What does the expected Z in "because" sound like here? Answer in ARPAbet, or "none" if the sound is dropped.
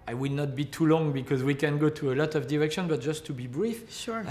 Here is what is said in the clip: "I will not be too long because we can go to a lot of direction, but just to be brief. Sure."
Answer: Z